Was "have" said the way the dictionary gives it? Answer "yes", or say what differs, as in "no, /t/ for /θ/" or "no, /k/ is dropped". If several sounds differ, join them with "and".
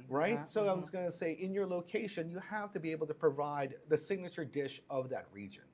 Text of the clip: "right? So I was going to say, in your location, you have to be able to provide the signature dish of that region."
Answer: no, /f/ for /v/